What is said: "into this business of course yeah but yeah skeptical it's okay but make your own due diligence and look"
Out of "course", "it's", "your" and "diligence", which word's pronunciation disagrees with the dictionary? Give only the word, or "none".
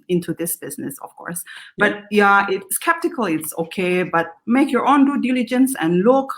none